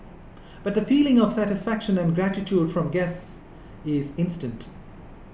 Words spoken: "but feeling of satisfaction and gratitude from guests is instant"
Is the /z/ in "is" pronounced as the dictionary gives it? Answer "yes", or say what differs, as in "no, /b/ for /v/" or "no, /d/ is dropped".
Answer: yes